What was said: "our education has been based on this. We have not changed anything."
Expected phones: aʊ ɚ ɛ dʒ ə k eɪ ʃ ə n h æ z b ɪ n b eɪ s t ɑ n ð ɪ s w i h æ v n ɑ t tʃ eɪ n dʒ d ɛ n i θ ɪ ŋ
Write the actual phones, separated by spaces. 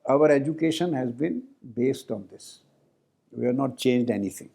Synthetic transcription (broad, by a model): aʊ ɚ ɛ dʒ ə k eɪ ʃ ə n h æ z b ɪ n b eɪ s t ɑ n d ɪ s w i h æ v n ɑ t tʃ eɪ n dʒ d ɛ n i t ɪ ŋ